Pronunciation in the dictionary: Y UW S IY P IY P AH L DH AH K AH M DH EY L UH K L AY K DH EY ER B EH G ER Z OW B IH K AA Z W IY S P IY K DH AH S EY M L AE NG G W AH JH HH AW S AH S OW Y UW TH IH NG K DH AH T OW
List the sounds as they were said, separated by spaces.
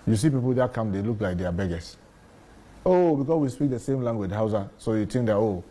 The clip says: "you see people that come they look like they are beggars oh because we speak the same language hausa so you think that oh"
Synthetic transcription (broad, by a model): Y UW S IY P IY P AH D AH K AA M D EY L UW K L AY K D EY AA B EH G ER OW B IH K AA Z W IY S P IY K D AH S EY M L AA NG G W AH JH HH AW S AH S OW Y UW T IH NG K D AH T OW